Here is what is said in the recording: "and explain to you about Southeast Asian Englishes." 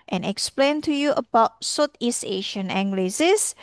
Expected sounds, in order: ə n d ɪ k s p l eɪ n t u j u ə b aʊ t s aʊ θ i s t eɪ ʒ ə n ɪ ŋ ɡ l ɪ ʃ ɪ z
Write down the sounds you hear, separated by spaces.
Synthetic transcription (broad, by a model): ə n ɪ k s p l eɪ n t u j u ə b aʊ t s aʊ t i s eɪ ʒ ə n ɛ ŋ ɡ l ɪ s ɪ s